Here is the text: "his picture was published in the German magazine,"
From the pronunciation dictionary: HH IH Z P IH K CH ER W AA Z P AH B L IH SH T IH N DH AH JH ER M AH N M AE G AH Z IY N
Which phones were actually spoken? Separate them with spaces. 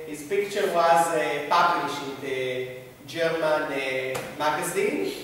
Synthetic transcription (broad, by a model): HH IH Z P IH K CH ER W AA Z P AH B L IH SH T IH N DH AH JH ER M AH N M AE G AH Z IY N